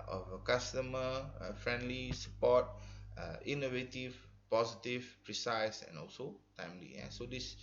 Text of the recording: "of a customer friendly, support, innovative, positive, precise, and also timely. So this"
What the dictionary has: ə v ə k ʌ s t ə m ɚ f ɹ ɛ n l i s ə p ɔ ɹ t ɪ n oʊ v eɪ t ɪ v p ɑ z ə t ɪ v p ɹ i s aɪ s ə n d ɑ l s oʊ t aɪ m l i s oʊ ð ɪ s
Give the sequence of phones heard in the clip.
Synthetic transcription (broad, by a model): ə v ə k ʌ s t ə m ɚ f ɹ ɛ n l i s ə p ɔ t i n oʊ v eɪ t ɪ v p ɑ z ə t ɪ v p ɹ i s aɪ s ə n ɑ l s oʊ t aɪ m l i s oʊ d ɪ s